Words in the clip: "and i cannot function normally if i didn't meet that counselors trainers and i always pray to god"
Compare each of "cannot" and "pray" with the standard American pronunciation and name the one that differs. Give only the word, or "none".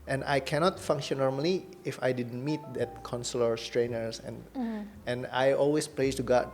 pray